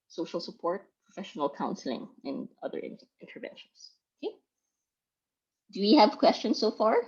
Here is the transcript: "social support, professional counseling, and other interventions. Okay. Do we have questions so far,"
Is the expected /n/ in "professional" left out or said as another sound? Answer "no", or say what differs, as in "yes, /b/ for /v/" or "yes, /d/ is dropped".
no